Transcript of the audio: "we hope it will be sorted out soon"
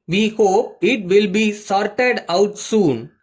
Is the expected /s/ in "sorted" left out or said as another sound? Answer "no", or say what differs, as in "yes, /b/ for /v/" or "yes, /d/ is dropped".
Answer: no